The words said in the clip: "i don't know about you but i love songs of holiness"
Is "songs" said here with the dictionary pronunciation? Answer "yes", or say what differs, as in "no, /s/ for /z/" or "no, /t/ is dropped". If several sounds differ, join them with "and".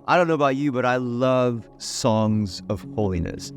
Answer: yes